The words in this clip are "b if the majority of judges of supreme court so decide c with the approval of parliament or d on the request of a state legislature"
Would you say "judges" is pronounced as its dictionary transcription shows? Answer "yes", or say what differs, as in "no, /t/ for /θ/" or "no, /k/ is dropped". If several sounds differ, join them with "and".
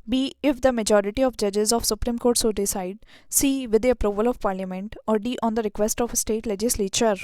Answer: yes